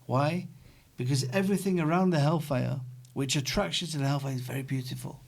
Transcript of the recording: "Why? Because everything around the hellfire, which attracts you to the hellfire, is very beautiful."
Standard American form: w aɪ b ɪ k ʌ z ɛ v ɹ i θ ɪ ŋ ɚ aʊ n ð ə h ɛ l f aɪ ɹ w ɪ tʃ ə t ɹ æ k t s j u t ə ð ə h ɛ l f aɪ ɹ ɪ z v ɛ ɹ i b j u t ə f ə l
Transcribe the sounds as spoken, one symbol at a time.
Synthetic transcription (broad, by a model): w aɪ b ɪ k ʌ z ɛ v ɹ i θ ɪ ŋ ɚ aʊ n ð ə h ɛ l f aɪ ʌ w ɪ tʃ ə t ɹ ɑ k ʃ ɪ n t ə ð ə h ɛ l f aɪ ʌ ɪ z v ɛ ɹ i b j u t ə f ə l